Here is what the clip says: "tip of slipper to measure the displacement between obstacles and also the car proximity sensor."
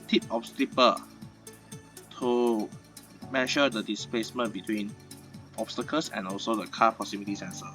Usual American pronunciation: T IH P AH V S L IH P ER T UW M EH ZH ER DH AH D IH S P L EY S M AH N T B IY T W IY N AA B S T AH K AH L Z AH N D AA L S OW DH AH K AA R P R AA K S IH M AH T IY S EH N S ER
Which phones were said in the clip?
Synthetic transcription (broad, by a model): T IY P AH P S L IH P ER T UW M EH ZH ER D AH D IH S P L EY S M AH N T B IY T W IY N AA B S T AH K AH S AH N AA L S OW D AH K AA P R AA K S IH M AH T IY S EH N S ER